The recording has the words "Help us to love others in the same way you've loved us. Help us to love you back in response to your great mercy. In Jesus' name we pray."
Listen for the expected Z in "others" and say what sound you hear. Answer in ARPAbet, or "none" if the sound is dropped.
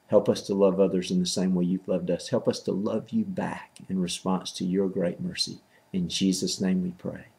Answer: Z